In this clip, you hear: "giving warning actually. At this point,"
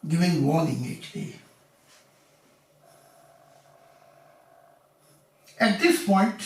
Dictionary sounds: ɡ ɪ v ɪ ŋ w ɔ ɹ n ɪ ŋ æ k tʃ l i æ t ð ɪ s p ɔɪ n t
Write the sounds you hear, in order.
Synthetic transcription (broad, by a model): ɡ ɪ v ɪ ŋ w ɔ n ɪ ŋ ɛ tʃ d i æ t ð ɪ s p ɔɪ n t